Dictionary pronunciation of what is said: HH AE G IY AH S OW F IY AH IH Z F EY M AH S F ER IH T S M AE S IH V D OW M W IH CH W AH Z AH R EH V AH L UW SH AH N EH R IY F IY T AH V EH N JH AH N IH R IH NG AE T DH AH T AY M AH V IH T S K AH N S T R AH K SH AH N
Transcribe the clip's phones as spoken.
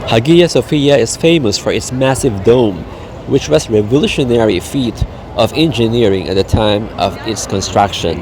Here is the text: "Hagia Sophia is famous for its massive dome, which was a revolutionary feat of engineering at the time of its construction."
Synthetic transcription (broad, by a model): HH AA G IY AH S OW F IY AH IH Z F EY M AH S F ER IH T S M AE S IH V D OW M W IH CH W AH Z R EH V AH L UW SH AH N EH R IY F IY T AH V EH N JH AH N IH R IH NG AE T DH AH T AY M AH V IH T S K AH N S T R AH K SH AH N